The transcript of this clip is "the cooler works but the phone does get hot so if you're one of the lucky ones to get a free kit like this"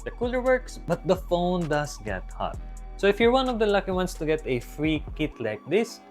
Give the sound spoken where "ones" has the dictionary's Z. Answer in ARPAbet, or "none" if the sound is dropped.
S